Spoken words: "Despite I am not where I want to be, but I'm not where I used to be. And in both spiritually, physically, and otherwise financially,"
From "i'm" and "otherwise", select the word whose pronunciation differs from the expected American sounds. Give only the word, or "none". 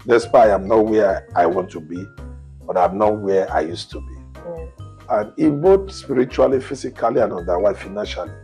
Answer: otherwise